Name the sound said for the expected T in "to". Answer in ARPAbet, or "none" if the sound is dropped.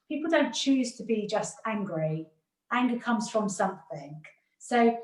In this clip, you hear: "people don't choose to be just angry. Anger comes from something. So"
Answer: T